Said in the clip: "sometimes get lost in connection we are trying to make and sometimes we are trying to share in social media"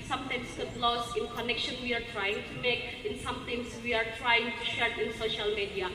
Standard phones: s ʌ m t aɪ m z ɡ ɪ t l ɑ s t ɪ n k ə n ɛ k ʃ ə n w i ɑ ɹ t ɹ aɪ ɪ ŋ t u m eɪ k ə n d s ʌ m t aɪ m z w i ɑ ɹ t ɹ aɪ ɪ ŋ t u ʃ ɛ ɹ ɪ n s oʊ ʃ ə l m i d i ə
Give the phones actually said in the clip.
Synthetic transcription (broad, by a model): s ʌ m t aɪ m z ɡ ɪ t l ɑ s ɪ n k ə n ɛ k ʃ ə n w i ɑ ɹ t ɹ aɪ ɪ ŋ t u m eɪ k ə n s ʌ m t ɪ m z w i ɑ ɹ t ɹ aɪ ɪ ŋ t u ʃ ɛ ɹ ɪ n s oʊ ʃ ə l m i d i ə